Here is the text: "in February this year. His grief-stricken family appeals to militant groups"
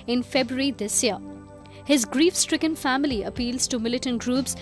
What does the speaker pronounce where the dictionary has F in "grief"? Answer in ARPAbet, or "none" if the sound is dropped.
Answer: F